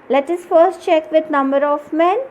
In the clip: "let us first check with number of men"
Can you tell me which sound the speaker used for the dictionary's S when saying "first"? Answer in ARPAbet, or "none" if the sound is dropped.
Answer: S